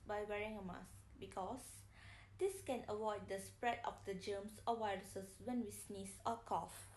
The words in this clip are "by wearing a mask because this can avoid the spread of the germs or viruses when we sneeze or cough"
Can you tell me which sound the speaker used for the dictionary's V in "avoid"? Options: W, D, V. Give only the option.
W